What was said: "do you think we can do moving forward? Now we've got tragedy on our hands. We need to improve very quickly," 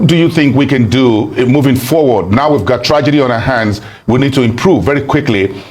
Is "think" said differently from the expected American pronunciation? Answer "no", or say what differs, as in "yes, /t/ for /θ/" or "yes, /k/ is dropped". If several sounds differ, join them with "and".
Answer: no